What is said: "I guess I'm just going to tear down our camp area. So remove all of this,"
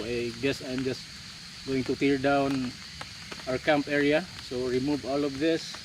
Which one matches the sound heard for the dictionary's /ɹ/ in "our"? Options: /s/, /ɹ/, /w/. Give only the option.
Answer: /w/